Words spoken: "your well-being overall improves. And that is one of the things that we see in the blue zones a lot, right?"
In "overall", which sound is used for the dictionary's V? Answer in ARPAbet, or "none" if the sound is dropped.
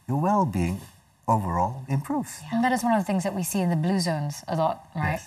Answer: V